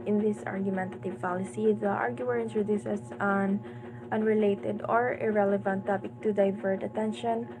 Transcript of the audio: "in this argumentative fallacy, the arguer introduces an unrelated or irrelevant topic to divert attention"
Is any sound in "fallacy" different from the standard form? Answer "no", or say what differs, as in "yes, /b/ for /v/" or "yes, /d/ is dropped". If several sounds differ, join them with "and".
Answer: yes, /p/ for /f/